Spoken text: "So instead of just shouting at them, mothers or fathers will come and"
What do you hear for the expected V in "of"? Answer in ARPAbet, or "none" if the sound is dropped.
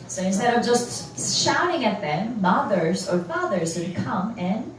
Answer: V